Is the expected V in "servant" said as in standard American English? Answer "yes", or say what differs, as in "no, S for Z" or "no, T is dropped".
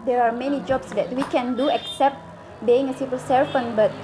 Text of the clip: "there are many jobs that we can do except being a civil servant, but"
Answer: no, F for V